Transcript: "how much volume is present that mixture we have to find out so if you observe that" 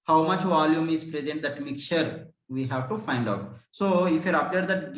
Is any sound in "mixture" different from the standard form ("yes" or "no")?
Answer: yes